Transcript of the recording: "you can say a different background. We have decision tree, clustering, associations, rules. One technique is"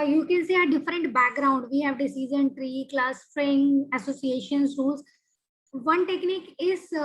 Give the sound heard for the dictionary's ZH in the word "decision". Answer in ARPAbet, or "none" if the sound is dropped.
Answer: Z